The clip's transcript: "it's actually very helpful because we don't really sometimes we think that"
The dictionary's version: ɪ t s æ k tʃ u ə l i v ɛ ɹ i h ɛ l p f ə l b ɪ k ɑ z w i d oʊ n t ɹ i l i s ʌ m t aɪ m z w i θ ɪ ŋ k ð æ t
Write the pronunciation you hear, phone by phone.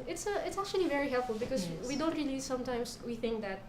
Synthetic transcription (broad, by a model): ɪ t s æ k tʃ u ə l i v ɛ ɹ i h ɛ l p f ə l b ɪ k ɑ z w i d oʊ n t ɹ i l i s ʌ m t aɪ m s w i θ ɪ ŋ k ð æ t